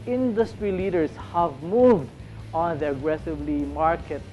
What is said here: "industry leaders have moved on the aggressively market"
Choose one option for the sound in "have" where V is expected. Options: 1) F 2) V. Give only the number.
2